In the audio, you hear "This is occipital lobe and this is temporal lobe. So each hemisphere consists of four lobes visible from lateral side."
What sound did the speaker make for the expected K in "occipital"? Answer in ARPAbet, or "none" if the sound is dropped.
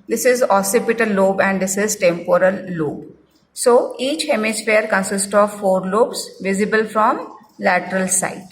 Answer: none